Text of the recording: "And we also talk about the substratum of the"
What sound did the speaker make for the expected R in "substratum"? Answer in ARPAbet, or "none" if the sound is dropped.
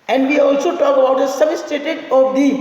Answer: none